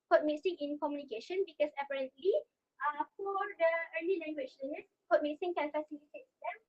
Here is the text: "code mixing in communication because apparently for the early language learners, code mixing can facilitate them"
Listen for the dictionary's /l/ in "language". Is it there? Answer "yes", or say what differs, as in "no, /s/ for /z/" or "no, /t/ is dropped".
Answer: no, /n/ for /l/